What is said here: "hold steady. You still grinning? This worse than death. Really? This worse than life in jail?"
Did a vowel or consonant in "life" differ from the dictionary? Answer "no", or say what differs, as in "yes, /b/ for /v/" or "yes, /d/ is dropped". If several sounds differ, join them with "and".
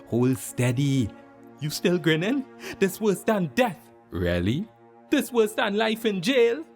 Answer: no